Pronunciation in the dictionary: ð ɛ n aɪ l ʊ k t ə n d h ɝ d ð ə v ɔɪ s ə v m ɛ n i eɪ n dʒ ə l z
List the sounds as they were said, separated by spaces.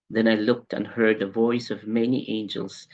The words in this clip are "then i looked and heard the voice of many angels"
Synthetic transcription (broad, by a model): ð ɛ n aɪ l ʊ k t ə n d h ɝ d ð ə v ɔɪ s ə v m ɛ n i eɪ n dʒ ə l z